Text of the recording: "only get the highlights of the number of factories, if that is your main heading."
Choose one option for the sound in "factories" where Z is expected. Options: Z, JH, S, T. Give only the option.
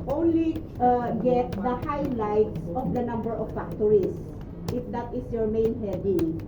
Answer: S